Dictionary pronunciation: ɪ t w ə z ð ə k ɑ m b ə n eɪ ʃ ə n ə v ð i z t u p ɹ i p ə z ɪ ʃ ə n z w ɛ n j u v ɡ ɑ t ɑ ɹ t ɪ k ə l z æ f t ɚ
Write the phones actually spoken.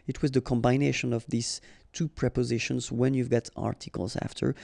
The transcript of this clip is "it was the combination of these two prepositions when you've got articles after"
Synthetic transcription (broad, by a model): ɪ t w ə z ð ə k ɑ m b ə n eɪ ʃ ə n ə v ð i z t u p ɹ i p ə z ɪ ʃ ə n z w ɛ n j u v ɡ ɑ t ɑ ɹ t ɪ k ə l z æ f t ɚ